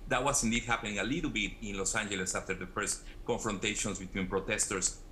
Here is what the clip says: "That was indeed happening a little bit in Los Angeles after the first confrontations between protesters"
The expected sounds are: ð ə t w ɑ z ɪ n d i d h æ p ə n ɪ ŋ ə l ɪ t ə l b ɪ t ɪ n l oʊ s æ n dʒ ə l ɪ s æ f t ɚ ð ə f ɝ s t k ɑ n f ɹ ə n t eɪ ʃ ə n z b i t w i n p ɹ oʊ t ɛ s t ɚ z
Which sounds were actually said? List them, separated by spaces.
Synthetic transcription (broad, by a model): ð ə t w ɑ s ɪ n d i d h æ p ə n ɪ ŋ ə l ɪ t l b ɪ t ɪ n l oʊ s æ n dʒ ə l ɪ s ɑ f t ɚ ð ə f ɝ s t k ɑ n f ɹ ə n t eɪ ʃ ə n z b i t w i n p ɹ oʊ t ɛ s t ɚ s